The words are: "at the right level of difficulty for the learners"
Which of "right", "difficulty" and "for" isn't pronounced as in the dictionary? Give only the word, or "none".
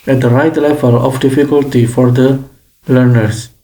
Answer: none